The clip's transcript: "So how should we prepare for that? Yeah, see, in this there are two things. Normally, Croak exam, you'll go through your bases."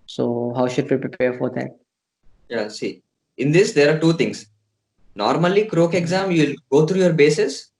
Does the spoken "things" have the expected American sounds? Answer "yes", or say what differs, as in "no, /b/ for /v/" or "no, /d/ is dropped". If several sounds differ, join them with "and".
no, /t/ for /θ/